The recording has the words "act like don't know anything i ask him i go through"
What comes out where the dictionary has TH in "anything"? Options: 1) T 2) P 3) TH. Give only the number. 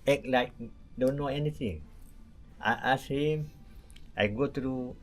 1